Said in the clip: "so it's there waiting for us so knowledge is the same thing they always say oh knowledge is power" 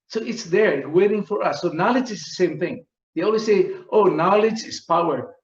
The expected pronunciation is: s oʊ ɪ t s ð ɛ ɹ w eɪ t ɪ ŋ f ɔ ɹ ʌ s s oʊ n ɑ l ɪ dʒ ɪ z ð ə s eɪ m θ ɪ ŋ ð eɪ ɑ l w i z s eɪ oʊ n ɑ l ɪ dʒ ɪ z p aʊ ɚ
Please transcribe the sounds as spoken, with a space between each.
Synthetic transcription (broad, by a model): s oʊ ɪ t s ð ɛ ɹ w eɪ t ɪ ŋ f ɔ ɹ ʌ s s oʊ n ɑ l ɪ dʒ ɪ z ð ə s eɪ m θ ɪ ŋ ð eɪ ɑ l w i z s eɪ oʊ n ɑ l ɪ dʒ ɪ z p aʊ ɚ